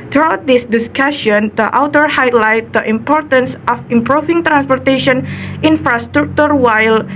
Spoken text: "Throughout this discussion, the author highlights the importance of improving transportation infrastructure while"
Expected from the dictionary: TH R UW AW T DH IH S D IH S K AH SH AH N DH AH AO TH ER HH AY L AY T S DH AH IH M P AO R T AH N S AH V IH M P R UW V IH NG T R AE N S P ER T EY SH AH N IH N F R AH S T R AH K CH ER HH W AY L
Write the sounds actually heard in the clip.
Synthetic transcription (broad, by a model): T R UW AW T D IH S D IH S K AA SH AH N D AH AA T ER HH AY L AY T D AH IH M P AO R T AH N S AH F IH M P R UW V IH NG T R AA N S P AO T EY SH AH N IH N F R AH S T R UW K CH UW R W AY L